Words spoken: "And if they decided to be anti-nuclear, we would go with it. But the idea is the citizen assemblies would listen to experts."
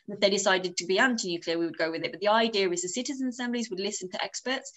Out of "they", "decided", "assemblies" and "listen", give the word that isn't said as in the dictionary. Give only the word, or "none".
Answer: none